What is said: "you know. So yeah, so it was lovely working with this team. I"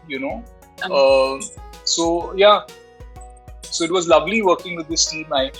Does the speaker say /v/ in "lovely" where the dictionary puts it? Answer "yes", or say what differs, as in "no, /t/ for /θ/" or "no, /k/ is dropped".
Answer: yes